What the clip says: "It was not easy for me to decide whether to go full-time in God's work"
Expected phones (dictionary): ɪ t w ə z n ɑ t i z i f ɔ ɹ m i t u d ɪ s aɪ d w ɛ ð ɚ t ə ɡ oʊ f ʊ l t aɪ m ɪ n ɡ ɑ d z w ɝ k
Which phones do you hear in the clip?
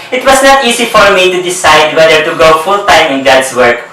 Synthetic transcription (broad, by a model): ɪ t w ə s n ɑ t i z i f ɔ ɹ m i t u d ɪ s aɪ d w ɛ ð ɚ t ə ɡ oʊ f ʊ l t aɪ m ɪ n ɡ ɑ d s w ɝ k